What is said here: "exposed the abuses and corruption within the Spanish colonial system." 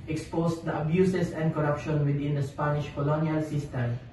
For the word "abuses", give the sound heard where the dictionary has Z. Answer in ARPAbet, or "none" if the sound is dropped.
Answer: S